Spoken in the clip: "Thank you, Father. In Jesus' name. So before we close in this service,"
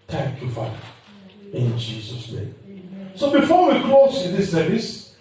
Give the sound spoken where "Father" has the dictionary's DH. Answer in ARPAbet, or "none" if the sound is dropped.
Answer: none